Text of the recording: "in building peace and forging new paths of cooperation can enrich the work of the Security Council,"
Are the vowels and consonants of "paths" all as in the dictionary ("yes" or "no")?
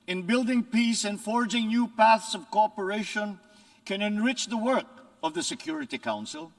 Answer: yes